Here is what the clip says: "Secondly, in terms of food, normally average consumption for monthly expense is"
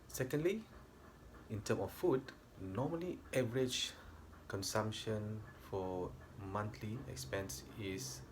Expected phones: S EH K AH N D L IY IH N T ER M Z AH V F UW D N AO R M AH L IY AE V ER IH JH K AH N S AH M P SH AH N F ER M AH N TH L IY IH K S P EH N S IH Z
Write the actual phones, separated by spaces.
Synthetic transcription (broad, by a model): S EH K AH N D L IY IH N T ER M AH F F UW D N AO M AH L IY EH V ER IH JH K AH N S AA M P SH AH N F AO M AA N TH L IY IH K S P EH N S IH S